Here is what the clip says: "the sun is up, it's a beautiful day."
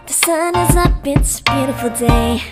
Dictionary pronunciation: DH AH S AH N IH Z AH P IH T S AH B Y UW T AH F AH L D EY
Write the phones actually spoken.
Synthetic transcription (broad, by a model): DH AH S AH N IH Z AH B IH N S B Y UW T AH F L D EY